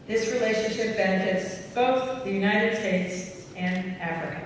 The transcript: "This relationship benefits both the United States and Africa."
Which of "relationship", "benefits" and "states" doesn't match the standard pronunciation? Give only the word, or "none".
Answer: none